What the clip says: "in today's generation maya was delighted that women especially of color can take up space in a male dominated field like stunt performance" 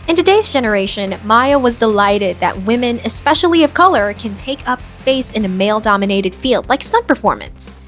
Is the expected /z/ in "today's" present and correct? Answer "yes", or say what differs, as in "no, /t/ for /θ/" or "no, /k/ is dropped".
yes